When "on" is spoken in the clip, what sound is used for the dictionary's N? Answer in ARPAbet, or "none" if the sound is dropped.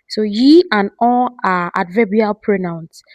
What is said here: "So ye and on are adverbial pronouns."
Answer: L